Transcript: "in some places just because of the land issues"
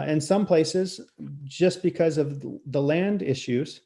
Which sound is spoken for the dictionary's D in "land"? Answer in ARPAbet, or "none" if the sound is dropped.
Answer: D